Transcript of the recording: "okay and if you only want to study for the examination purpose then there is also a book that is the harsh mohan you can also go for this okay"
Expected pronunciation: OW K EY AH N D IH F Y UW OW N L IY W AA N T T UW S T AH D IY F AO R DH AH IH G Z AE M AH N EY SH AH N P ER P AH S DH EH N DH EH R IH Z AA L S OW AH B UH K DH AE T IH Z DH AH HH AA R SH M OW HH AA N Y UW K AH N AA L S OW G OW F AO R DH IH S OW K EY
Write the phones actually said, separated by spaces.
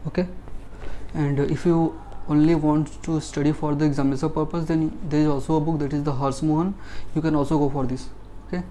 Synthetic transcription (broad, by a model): OW K EY AH N D IH F Y UW OW N L IY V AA N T T UW S T AH D IY F AO R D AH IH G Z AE M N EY S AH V P ER P AH S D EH N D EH R IH Z AA L S OW AH B UH K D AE T IH Z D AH HH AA R S M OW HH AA N Y UW K AH N AA L S OW G OW F AO R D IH S OW K EY